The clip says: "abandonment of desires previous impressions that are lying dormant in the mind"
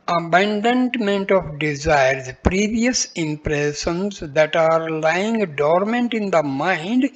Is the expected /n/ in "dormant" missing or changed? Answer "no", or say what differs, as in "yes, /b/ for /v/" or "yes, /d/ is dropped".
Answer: no